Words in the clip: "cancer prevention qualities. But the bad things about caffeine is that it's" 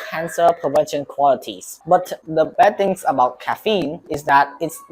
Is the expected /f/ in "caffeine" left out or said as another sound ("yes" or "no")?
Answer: no